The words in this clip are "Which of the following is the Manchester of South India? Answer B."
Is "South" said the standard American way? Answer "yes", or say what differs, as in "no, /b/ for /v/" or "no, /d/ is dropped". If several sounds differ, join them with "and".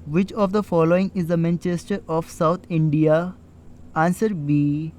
no, /t/ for /θ/